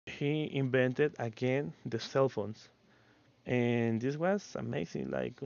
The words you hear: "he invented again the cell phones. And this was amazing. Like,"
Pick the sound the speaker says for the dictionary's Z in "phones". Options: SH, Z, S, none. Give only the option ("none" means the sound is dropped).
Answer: S